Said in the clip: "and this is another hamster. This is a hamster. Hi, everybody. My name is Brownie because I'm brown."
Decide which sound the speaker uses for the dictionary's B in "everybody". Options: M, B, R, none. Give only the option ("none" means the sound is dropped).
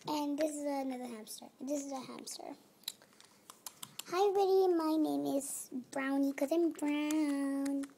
none